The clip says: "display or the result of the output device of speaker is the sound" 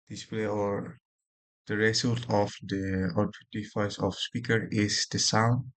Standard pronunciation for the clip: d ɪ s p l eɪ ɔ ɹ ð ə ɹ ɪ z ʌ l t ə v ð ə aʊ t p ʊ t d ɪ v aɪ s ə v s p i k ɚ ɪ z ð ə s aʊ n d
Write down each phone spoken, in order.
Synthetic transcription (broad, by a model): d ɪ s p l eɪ ɔ ɹ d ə ɹ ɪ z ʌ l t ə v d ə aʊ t u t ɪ f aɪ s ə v s p i k ɚ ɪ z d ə s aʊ n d